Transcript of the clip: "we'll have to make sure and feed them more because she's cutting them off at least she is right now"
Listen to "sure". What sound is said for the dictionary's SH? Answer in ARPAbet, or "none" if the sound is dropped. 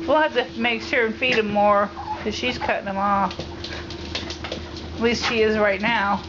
S